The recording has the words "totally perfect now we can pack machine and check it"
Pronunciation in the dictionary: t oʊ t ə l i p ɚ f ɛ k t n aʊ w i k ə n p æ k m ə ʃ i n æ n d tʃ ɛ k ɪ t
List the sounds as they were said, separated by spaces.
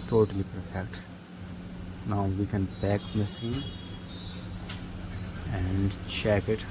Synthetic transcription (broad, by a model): t oʊ t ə l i p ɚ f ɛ k t n aʊ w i k ə n b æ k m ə s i n n d tʃ ɛ k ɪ t